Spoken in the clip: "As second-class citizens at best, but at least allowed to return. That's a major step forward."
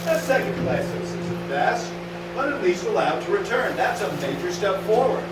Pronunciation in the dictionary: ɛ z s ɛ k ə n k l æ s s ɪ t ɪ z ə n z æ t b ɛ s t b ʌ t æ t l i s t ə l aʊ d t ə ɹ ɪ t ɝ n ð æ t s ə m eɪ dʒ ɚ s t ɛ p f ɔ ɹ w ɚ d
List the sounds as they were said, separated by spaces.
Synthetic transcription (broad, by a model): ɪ s ɛ k ə n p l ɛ ɪ s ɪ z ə z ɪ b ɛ s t b ʌ t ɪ t l i s t ə l aʊ d t ə ɹ ɪ t ɝ n ð æ t s ə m eɪ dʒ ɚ s t ɛ p f ɔ ɹ w ɚ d